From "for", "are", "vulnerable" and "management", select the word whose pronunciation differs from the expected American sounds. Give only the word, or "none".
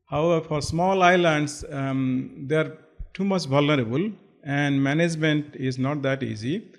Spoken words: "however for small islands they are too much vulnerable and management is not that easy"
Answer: none